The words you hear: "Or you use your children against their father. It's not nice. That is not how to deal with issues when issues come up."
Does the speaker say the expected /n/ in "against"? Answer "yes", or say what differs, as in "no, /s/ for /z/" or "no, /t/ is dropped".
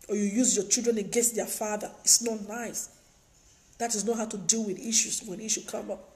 no, /n/ is dropped